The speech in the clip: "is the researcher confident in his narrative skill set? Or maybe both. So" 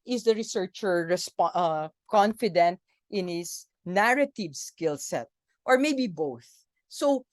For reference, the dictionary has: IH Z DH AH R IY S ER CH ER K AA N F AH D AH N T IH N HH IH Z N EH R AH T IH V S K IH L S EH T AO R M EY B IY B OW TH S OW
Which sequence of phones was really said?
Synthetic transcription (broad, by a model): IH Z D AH R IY S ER CH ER K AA N F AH D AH N T IH N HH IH S N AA R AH T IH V S K IH L S EH T AO R M EY B IY B OW TH S OW